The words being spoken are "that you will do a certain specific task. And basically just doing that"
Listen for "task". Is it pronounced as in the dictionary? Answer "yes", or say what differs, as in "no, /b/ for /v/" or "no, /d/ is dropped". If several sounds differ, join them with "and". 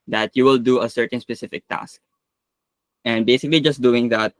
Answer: yes